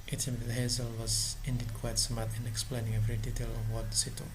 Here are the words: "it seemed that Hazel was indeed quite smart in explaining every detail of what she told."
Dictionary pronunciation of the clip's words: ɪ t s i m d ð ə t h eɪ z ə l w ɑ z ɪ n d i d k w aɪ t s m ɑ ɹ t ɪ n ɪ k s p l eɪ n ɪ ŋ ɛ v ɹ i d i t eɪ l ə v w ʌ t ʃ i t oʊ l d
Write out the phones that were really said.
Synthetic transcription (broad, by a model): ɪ t s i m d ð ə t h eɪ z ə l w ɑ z ɪ n d i d k w aɪ t s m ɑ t ɪ n ɪ k s p l eɪ n ɪ ŋ ɛ v ɹ i d i t eɪ l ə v w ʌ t s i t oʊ